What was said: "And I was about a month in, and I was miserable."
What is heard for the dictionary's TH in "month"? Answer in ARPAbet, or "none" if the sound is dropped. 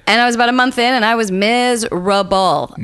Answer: TH